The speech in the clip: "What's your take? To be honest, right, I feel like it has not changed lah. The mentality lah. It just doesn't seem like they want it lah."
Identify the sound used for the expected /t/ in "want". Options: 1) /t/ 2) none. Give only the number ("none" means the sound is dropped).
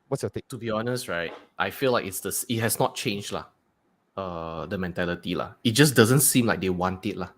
1